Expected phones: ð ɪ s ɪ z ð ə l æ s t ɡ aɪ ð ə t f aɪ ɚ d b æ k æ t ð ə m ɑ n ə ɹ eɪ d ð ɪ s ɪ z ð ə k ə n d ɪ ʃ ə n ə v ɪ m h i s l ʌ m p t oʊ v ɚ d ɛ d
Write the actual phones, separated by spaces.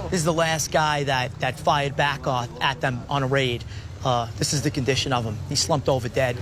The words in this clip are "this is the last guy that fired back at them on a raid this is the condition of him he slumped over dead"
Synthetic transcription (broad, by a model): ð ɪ ɪ z ð ə l æ s t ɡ aɪ ð ə t f aɪ ɚ d b æ k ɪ t ð ə m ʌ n ə ɹ eɪ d ð ɪ s ɪ z ð ə k ə n d ɪ ʃ ə n ə v ɪ m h i s l ʌ m p t oʊ v ɚ d ɛ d